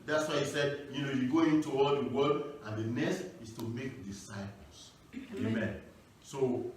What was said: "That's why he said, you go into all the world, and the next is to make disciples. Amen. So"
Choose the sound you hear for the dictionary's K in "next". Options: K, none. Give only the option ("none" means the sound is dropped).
none